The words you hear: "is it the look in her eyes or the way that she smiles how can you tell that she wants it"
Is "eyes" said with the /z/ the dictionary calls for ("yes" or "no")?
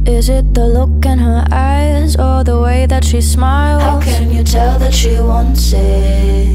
yes